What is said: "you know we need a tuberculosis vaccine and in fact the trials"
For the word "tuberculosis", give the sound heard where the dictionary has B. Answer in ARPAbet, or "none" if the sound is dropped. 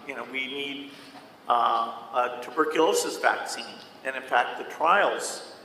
B